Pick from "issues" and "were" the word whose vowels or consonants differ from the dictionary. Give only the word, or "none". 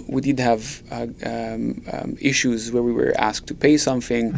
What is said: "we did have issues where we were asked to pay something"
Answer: none